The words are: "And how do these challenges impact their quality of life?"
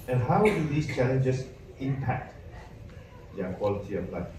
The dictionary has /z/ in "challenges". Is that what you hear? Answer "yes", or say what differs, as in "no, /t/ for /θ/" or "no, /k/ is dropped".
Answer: no, /s/ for /z/